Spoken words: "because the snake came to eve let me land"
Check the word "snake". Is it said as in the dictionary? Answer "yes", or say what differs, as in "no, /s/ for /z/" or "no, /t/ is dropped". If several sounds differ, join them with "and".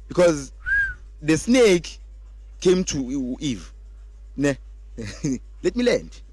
yes